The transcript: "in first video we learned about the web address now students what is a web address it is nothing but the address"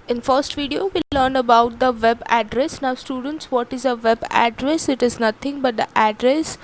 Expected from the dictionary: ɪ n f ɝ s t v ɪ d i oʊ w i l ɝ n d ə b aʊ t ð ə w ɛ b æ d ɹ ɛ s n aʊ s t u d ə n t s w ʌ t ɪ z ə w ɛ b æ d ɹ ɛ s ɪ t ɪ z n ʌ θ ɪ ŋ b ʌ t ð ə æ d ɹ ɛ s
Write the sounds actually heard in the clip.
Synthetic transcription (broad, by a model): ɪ n f ɝ s t v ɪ d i oʊ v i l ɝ n ə b aʊ t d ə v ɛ b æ d ɹ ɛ s n aʊ s t u d ə n t s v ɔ t ɪ z ə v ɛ b æ d ɹ ɛ s ɪ t ɪ z n ʌ t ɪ ŋ b ʌ t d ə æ d ɹ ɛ s